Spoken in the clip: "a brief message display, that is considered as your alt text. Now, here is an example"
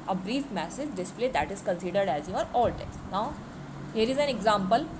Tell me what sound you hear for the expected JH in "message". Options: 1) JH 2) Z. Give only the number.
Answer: 2